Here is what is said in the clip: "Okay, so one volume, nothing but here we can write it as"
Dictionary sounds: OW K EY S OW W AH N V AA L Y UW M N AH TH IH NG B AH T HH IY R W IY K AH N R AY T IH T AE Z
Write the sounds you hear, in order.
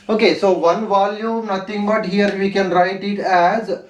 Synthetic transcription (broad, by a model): OW K EY S OW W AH N V AA L Y UW M N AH T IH NG B AH T HH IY R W IY K AH N R AY T IH T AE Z